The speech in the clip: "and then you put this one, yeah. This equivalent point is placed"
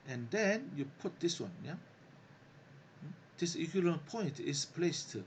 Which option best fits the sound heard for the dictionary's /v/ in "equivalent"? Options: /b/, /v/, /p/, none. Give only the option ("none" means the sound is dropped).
none